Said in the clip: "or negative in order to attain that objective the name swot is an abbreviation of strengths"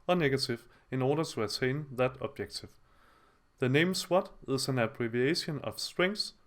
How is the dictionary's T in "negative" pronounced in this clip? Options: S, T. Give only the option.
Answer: S